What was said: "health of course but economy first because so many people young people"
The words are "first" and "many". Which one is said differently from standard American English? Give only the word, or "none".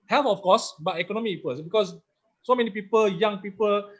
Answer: first